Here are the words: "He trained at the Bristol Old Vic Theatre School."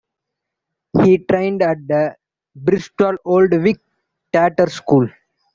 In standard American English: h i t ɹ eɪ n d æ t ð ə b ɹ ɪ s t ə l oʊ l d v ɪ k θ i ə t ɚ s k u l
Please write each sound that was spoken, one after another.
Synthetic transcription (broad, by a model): h i t ɹ eɪ n d æ t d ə b ɹ ɪ s t ə l oʊ l d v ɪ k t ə t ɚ s k u l